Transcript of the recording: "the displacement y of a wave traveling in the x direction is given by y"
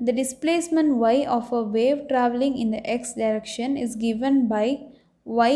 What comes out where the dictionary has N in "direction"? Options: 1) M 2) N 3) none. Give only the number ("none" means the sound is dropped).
2